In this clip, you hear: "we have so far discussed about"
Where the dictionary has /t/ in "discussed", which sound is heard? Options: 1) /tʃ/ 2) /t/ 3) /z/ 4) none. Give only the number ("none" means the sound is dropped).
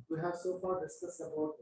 4